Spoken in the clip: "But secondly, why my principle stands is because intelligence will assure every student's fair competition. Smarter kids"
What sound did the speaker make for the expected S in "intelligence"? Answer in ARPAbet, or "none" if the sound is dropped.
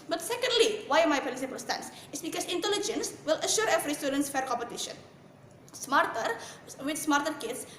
S